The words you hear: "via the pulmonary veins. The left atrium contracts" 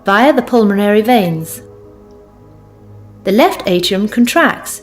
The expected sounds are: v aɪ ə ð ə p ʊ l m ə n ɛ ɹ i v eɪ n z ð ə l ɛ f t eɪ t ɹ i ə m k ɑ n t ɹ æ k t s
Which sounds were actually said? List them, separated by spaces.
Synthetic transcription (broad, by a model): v aɪ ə ð ə p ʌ l m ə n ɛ ɹ i v eɪ n z ð ə l ɛ f t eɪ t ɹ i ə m k n t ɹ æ k t s